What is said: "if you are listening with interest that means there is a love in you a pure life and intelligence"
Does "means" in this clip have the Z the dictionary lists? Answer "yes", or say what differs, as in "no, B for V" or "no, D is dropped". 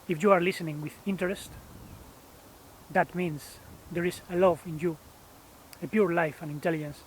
no, S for Z